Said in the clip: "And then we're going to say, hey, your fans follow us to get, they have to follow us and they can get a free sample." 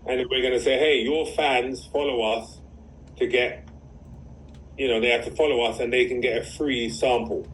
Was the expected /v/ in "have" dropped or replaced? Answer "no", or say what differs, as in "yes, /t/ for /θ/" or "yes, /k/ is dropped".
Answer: yes, /f/ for /v/